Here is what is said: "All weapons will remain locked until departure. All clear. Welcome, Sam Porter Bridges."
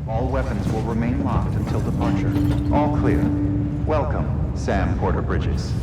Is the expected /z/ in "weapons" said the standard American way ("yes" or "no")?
yes